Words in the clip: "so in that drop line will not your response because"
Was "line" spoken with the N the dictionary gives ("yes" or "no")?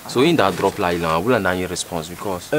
no